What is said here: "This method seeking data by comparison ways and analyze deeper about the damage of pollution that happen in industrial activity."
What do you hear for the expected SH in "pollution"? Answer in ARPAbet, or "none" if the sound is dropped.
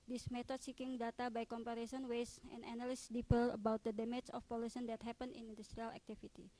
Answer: S